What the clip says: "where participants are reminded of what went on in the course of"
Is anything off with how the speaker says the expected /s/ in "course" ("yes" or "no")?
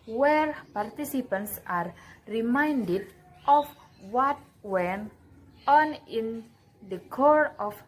yes